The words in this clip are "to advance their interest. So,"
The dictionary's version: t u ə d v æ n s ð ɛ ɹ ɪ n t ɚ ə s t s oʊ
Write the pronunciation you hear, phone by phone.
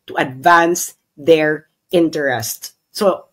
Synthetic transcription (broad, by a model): t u ə d v æ n s ð ɛ ɹ ɪ n t ɚ ə s t s oʊ